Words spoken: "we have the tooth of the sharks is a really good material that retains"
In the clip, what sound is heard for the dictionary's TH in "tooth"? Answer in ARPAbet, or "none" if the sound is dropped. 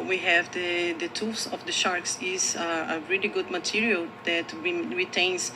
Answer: S